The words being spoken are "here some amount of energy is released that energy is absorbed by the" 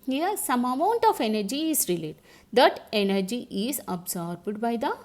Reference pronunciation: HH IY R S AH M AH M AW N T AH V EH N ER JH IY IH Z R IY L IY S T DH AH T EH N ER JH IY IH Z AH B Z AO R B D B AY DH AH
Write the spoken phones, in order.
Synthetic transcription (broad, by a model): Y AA S AH M AH M AW N T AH F EH N ER JH IY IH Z R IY L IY T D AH T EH N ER JH IY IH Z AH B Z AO R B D B AY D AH